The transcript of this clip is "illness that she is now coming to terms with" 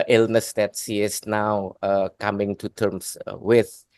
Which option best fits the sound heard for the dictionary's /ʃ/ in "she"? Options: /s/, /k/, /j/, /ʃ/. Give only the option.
/s/